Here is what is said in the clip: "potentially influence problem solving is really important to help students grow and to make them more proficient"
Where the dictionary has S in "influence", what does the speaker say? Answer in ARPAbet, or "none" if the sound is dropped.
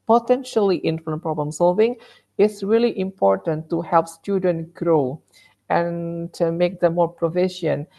none